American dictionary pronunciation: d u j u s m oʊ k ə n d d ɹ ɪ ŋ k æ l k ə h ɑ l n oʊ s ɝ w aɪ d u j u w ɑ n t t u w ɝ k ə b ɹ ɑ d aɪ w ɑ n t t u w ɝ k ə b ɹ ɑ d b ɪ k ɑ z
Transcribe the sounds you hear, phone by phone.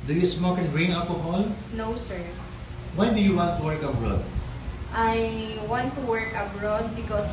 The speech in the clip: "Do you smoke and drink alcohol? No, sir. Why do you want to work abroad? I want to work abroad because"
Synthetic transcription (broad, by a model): d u j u s m oʊ k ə n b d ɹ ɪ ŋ ɑ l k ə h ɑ l n oʊ s ɝ w aɪ d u j u w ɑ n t t u w ɝ k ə b ɹ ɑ d aɪ w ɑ n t t u w ɝ k ə b ɹ ɑ d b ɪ k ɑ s